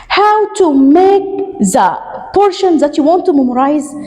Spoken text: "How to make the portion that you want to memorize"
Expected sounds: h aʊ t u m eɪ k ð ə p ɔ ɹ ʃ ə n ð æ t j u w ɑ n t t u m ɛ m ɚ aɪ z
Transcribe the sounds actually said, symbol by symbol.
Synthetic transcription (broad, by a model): h aʊ t u m eɪ k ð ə p ɔ ɹ ʃ ə n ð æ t j u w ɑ n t t u m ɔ m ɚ aɪ z